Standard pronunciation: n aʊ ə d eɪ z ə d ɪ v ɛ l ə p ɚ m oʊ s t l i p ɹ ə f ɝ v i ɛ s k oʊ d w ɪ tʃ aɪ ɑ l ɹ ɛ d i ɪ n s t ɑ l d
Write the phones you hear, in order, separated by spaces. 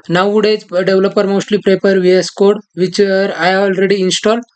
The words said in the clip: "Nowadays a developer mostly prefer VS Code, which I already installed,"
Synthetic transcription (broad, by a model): n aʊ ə d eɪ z d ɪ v l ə p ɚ m oʊ s t l i p ɹ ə p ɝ v i ɛ s k oʊ d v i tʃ aɪ ɑ l ɹ ɛ d i n s t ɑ l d